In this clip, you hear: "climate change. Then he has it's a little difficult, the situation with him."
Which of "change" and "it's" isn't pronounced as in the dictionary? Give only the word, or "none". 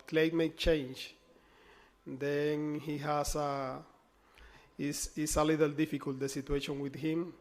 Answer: it's